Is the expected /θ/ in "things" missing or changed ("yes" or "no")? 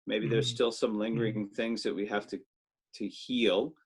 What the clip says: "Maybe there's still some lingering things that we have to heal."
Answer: no